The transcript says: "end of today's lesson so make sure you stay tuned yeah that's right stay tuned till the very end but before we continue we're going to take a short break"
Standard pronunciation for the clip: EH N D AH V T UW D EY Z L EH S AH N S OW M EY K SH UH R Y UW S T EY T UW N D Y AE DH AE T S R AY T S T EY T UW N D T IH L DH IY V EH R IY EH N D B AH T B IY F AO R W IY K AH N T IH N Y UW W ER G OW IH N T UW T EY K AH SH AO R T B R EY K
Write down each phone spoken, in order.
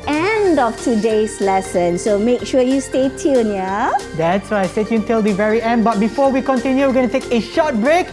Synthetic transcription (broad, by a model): EH N D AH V T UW D EY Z L EH S AH N S OW M EY K SH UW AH Y UW S T EY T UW N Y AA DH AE T S W AY S T EY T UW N T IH L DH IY V EH R IY EH N D B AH T B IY F AO W IY K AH N T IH N Y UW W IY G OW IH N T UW T EY K AH SH AO T B R EY K